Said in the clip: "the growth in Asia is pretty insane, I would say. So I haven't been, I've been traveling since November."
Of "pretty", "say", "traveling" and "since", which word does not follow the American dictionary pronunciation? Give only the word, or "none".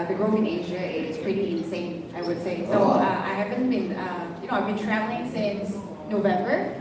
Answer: traveling